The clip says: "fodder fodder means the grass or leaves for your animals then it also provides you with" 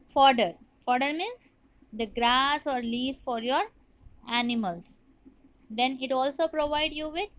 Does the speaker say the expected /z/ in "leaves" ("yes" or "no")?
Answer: no